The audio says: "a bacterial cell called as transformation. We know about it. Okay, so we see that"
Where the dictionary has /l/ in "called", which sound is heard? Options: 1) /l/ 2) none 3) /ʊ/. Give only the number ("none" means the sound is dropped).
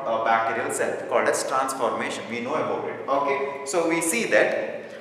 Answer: 1